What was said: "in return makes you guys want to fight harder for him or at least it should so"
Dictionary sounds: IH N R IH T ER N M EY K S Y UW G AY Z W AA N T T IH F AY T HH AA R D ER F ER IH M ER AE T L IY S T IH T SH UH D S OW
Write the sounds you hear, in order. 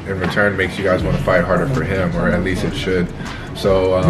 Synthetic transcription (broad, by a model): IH N R IH T ER N M EY K S Y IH G AY Z W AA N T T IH F AY T HH AA R D ER F ER IH M ER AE T L IY S T IH T SH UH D S OW